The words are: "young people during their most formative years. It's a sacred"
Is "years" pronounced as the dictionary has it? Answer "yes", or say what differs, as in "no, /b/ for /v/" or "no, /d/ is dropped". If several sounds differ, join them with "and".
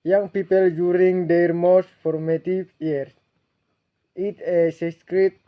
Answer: no, /z/ is dropped